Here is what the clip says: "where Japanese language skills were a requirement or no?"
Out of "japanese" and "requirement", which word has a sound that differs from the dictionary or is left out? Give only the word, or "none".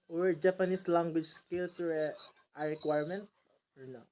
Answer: japanese